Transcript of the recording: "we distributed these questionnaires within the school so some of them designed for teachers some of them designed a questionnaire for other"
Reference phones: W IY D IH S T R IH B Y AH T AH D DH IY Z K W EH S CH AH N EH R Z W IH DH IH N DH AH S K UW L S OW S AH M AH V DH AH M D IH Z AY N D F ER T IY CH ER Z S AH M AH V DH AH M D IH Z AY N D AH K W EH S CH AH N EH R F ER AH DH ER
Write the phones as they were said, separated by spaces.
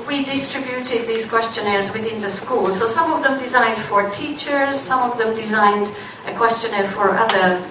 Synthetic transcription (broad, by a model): W IY D IH S T R IH B Y AH T AH D DH IY Z K W EH S CH AH N EH R Z W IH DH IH N DH AH S K UW L S OW S AH M AH V DH AH M D IH Z AY N D F ER T IY CH ER Z S AH M AH V DH AH M D IH Z AY N D AH K W EH S CH AH N EH R F ER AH DH ER